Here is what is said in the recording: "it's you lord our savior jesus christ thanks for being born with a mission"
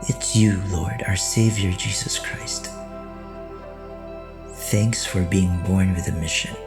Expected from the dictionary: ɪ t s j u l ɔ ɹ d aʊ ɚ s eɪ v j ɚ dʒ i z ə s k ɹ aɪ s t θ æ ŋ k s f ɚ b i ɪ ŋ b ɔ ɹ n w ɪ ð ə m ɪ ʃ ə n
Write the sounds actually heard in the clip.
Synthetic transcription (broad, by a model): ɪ t s j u l ɔ ɹ d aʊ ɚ s eɪ v j ɚ dʒ i z ə s k ɹ aɪ s t θ æ ŋ k s f ɚ b i ɪ ŋ b ɔ ɹ n w ɪ ð ə m ɪ ʃ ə n